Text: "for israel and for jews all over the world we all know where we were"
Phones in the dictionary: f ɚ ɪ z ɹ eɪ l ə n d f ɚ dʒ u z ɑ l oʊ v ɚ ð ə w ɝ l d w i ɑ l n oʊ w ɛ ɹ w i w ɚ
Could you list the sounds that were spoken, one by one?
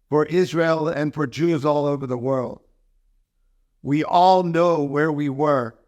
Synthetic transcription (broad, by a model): f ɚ ɪ z ɹ eɪ l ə n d f ɚ dʒ u z ɑ l oʊ v ɚ ð ə w ɝ l d w i ɑ l n oʊ w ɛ ɹ w i w ɚ